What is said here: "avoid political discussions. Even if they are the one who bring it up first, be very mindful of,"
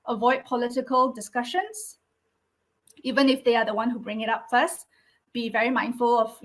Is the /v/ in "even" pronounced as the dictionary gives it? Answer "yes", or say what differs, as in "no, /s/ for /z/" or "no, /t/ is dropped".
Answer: yes